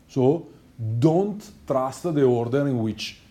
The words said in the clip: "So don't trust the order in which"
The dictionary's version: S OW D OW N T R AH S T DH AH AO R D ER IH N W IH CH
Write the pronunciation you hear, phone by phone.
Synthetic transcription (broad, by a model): S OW D OW N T R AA S T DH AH AO R D ER IH N W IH CH